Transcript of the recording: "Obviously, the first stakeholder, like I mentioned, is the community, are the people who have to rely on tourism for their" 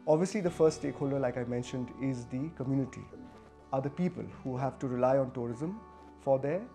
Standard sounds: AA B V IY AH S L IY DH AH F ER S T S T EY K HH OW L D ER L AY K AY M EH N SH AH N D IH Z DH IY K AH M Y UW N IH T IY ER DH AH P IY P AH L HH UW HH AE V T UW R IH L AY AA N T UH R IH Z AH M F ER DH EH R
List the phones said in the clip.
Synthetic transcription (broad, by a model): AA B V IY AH S L IY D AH F ER S T S T EY K HH OW L D ER L AY K AY M EH N SH AH N D IH Z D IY K AH M Y UW N IH T IY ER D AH P IY P AH L HH UW HH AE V T UW R IH L AY AA N T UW R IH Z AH M F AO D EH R